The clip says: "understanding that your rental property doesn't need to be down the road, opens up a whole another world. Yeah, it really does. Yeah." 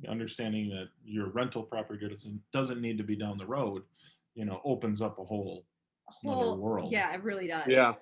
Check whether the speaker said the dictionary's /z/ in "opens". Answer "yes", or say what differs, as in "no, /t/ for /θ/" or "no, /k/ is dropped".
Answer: yes